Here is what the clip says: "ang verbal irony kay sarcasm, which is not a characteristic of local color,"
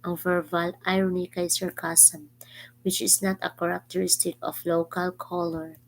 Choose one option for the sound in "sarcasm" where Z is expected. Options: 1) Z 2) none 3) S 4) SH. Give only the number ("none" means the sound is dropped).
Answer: 3